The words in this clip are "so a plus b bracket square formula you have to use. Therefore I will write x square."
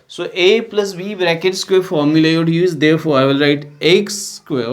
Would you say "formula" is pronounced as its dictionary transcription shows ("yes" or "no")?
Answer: yes